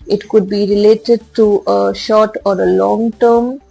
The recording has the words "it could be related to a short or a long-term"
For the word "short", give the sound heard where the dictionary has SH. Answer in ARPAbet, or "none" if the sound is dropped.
SH